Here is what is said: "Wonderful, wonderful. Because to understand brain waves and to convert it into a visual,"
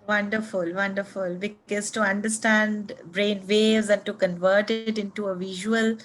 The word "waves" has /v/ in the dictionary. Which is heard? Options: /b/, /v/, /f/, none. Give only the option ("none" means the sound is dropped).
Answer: none